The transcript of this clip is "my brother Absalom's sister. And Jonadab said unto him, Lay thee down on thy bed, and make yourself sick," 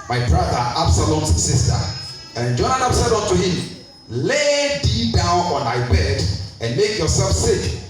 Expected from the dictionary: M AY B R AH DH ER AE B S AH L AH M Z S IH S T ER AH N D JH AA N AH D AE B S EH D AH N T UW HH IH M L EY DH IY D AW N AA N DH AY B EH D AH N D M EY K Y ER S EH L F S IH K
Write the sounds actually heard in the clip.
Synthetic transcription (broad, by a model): M AY B R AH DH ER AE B S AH L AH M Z S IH S T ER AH N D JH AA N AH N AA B S EH D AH N T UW HH IH M L EY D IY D AW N AA N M AY B EH D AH N M EY K Y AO S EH L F S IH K